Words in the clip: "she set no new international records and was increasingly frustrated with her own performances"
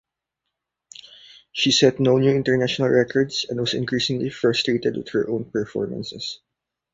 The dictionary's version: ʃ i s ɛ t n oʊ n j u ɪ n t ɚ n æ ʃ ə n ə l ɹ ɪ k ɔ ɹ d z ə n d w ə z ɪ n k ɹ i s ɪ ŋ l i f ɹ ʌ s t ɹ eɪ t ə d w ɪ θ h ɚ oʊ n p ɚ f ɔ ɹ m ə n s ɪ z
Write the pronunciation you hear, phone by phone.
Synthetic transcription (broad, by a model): ʃ i s ɛ t n oʊ n j u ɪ n t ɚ n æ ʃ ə n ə l ɹ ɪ k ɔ ɹ d s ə n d w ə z ɪ n k ɹ i s ɪ ŋ l i f ɹ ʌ s t ɹ eɪ t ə d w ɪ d h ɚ oʊ n p ɚ f ɔ ɹ m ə n s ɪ s